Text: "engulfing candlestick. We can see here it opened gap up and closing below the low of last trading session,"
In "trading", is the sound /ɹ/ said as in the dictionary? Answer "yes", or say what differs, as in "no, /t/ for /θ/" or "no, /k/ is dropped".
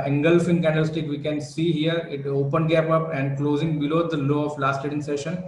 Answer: no, /ɹ/ is dropped